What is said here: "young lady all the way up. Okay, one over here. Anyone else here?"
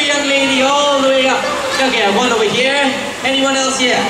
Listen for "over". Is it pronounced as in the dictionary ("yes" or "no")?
no